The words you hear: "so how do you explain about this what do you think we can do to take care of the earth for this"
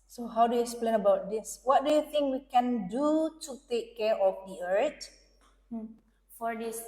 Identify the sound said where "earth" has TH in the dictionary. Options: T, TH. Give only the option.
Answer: T